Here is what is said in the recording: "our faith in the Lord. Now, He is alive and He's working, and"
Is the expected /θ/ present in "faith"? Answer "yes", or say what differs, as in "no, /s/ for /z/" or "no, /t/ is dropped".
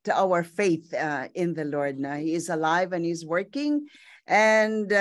yes